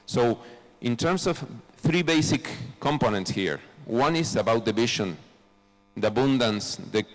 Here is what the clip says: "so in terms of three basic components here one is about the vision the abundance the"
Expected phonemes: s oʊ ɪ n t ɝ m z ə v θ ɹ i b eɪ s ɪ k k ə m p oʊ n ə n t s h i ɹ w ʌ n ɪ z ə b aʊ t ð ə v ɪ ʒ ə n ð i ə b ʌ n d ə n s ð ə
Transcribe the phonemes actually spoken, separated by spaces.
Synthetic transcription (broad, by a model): s oʊ ɪ n t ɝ m s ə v θ ɹ i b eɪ s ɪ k k ə m p oʊ n ə n t s h i ɹ w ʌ n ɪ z ə b aʊ t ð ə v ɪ ʃ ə n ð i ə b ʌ n d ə n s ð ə